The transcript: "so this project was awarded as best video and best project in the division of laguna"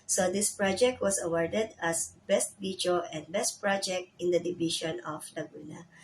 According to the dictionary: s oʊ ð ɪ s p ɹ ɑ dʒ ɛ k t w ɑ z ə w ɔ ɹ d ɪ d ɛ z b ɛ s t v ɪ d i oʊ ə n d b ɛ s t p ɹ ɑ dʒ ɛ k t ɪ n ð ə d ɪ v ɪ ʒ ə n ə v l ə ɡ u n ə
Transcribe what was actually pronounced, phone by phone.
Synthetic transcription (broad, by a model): s oʊ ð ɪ s p ɹ ɑ dʒ ɛ k t w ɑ s ə w ɔ ɹ d ɪ d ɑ s b ɛ s t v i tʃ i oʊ ə n d b ɛ s t p ɹ ɑ dʒ ɛ k t ɪ n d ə d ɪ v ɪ ʃ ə n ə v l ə ɡ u n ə